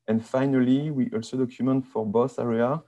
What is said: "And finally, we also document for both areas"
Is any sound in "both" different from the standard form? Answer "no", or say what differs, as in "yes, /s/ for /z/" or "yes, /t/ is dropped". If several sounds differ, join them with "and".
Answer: yes, /s/ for /θ/